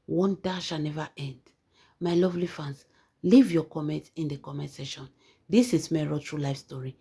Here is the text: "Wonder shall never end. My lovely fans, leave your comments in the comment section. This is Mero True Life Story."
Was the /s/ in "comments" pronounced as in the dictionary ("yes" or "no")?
no